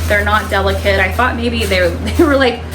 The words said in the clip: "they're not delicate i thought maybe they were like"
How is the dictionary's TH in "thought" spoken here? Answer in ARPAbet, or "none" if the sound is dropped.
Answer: TH